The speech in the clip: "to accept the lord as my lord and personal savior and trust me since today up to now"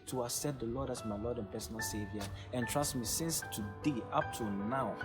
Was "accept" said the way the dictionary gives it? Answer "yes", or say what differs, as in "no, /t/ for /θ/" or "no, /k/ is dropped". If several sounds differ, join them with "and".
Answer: no, /k/ is dropped and /p/ is dropped